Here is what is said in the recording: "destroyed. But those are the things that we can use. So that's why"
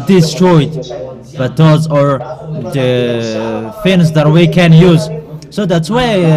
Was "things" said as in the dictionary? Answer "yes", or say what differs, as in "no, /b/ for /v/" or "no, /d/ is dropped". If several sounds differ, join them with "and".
no, /f/ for /θ/